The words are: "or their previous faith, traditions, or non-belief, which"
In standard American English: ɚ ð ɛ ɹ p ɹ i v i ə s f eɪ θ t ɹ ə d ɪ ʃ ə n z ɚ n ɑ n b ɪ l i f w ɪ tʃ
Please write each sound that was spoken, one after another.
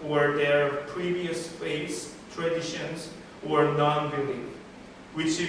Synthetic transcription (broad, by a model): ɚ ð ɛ ɹ p ɹ i v i ə s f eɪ s t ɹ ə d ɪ ʃ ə n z ɚ n ɑ n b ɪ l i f w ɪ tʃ